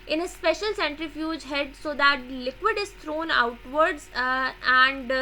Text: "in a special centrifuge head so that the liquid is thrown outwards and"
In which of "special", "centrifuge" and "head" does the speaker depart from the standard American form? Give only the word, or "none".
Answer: none